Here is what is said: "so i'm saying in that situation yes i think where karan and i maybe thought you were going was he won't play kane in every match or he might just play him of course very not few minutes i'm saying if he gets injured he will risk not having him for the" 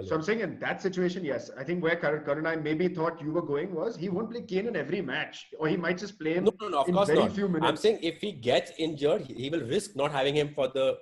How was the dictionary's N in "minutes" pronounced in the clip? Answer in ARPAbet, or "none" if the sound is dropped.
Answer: none